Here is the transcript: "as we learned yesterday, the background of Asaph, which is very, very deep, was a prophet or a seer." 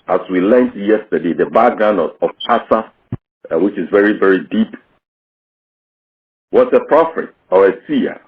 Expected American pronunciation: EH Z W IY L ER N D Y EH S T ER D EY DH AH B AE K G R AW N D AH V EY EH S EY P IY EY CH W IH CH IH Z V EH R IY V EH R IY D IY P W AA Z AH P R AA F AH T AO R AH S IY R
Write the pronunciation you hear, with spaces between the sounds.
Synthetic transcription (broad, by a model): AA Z W IY L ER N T Y EH S T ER D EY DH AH B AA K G R AW N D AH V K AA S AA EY W IH CH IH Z V EH R IY V EH R IY D IY P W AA S AH P R AA F AH T AO R AH S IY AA